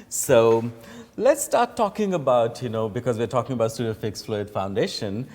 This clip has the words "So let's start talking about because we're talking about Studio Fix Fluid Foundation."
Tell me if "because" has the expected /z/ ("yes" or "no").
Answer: yes